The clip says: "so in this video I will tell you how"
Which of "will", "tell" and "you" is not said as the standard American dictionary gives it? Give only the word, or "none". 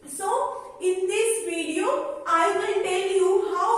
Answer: will